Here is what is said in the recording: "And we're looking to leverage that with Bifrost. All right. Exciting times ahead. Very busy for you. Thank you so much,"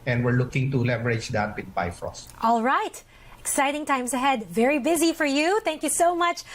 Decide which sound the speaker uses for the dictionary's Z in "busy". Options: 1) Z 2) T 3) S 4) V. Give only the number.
1